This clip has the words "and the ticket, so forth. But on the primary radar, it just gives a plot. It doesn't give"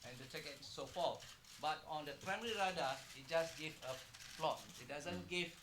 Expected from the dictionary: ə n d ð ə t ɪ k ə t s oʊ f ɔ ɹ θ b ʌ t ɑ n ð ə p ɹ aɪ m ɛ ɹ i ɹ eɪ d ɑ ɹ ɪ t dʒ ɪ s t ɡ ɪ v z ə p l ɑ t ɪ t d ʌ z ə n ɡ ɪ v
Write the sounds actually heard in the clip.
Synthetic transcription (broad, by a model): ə n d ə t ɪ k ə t s oʊ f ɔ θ b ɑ t ɑ n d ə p ɹ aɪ m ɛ ɹ i ɹ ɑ d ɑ ɪ t dʒ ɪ s ɡ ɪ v ə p l ɑ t ɪ t d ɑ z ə n ɡ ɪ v